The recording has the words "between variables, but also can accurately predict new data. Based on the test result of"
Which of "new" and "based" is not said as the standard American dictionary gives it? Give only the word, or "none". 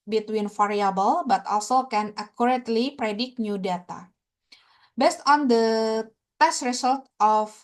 none